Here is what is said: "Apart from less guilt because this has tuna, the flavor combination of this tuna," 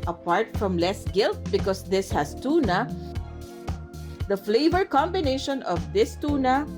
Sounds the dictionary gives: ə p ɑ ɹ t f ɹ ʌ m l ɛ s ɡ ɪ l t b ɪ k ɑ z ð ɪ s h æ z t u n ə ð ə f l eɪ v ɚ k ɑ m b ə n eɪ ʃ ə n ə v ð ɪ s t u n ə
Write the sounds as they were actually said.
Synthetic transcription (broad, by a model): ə p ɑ ɹ t f ɹ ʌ m l ɛ s ɡ ɪ l t b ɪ k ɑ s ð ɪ s h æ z t u n ə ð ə f l eɪ v ɚ k ɑ m b ə n eɪ ʃ ə n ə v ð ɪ s t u n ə